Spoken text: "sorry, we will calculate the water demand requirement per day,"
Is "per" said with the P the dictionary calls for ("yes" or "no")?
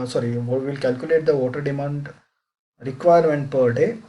yes